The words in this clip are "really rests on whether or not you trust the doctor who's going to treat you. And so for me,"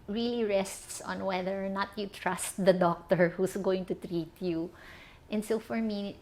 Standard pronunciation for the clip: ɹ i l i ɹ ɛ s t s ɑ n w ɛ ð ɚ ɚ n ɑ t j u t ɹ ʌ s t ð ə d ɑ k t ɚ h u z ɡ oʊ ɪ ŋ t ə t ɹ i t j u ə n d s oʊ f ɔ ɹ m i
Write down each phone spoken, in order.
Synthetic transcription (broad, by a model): ɹ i l i ɹ ɛ s t s ɑ n w ɛ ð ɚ ɚ n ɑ t j u t ɹ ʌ s t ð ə d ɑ k t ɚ h u s ɡ oʊ ɪ ŋ t ə t ɹ i t j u ə n d s oʊ f ɔ ɹ m i